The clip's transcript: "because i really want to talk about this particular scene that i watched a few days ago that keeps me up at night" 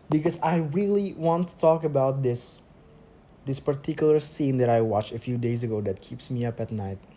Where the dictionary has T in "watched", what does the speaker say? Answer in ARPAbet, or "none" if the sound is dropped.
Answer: none